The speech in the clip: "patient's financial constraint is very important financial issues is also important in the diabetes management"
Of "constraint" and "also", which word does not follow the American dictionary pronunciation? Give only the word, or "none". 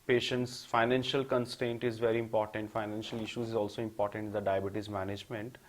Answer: constraint